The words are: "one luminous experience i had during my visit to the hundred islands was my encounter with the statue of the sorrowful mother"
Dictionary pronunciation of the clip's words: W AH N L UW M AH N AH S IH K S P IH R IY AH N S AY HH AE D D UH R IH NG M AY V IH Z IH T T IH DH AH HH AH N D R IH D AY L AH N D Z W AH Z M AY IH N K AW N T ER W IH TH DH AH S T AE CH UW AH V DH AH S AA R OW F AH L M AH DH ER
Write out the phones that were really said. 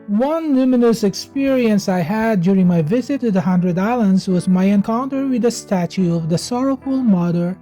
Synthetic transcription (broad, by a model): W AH N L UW M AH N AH S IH K S P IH R IY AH N S AY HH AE D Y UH R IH NG M AY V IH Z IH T T IH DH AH HH AH N D R IH D AY L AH N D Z W AH Z M AY IH N K AW N T ER W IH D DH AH S T AE CH UW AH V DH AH S AA R OW F AH L M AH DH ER